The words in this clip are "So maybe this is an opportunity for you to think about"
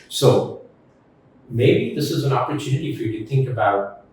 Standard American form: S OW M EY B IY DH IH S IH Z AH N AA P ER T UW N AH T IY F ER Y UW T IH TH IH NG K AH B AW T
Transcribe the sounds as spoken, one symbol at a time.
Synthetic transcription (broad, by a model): S OW M EY B IY DH IH S IH Z AH N AA P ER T UW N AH T IY F ER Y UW T IH TH IH NG K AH B AW T